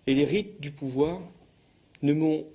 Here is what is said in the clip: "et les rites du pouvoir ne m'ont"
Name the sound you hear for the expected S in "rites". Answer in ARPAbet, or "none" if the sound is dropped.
none